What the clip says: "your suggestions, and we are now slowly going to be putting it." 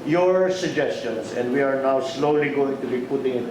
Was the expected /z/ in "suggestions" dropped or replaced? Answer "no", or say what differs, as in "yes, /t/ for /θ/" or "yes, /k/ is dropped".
yes, /s/ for /z/